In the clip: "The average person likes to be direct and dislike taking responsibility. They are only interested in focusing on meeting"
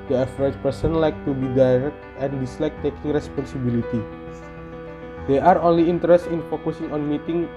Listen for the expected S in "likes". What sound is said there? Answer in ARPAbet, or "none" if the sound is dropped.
none